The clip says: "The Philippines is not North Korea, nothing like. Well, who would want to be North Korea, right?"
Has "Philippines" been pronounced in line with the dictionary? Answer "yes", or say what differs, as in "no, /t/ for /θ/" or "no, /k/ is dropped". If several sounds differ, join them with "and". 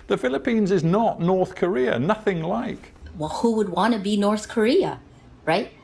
yes